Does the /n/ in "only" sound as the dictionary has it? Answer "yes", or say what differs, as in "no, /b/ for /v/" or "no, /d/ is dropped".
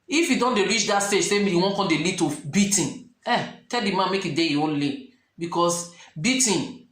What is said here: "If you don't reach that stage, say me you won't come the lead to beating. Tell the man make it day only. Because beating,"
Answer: yes